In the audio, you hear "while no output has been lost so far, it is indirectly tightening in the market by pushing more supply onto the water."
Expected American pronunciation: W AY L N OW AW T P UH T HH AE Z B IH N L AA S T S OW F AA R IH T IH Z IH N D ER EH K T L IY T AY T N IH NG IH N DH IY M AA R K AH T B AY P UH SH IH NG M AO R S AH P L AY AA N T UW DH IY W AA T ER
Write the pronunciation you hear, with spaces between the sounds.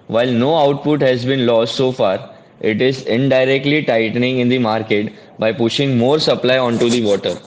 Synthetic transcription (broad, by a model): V AY L N OW AW T P UH T HH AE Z B IH N L AA S T S OW F AA R IH T IH Z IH N D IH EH K T L IY T AY T N IH NG IH N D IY M AA R K AH T B AY P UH SH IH NG M AO R S AH P L AY AA N T UW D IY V AA T ER